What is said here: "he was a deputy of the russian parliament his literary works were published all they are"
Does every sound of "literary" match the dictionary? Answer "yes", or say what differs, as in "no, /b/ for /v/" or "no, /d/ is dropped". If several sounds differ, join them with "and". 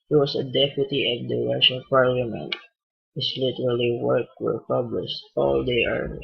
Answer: no, /l/ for /ɹ/